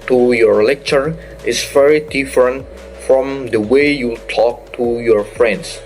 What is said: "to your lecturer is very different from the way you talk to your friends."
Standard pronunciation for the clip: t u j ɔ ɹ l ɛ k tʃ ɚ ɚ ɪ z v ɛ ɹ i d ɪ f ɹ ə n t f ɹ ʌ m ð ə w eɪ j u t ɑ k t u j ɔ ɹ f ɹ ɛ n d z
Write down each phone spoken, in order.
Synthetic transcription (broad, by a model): t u j ɔ ɹ l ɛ k tʃ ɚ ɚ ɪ s v ɛ ɹ i d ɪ f ɹ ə n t f ɹ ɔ m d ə w eɪ j u t ɑ k t u j ɔ ɹ f ɹ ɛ n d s